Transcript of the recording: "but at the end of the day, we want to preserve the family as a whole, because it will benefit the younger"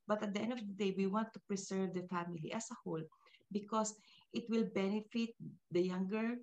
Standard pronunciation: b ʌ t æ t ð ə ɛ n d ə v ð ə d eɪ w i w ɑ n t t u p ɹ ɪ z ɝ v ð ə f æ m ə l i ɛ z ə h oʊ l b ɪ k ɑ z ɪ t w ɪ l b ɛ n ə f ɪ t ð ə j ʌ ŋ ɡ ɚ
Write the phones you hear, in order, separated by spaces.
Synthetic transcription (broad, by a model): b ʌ t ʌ t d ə ɛ n d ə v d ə d eɪ w i w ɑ n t t u p ɹ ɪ s ɝ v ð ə f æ m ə l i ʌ s ə h oʊ l b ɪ k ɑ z ɪ t w ɪ l b ɛ n ə f ɪ t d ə j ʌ ŋ ɡ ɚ